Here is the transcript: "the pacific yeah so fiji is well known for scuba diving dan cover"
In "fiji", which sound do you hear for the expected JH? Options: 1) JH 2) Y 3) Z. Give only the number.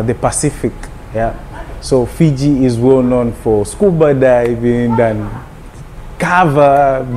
1